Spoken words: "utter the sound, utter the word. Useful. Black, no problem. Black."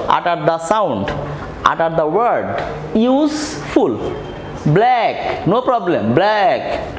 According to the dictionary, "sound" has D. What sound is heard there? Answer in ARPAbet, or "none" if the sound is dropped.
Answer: D